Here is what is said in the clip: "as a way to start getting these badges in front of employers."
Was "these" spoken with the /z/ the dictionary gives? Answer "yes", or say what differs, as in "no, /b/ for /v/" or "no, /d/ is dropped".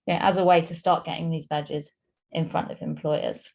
yes